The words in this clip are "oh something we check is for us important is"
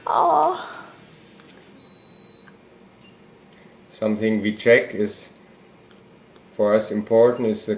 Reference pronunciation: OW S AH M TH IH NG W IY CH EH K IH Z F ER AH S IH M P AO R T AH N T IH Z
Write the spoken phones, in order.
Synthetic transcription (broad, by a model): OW S AH M TH IH NG W IY CH EH K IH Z F ER AH S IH M P AO R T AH N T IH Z